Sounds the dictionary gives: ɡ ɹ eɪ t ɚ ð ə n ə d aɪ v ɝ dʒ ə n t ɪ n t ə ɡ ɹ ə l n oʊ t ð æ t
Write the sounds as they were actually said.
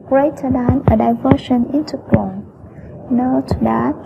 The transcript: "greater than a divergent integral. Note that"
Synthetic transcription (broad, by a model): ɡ ɹ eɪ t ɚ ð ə n ə d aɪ v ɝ ʃ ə n ɪ n t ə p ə n n oʊ t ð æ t